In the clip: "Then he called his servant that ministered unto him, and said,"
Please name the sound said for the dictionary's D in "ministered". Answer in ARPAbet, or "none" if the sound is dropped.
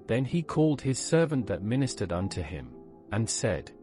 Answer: D